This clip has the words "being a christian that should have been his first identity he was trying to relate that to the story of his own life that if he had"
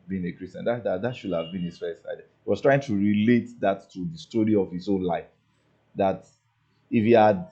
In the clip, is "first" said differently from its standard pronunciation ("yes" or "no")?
yes